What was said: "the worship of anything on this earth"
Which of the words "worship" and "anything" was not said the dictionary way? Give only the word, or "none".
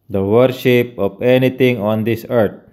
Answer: anything